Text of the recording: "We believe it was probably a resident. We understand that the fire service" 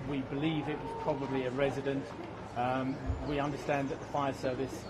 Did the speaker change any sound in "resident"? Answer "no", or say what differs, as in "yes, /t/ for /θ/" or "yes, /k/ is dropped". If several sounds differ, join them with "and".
no